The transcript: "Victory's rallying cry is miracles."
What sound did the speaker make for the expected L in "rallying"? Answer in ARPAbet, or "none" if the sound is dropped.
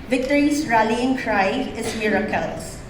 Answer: L